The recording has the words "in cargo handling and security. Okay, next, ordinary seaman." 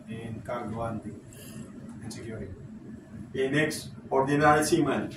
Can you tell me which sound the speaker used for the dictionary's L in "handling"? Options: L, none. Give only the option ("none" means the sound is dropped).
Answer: none